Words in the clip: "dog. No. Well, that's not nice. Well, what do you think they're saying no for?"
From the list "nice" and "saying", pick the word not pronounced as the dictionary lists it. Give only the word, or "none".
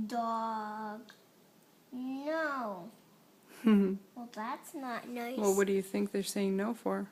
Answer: nice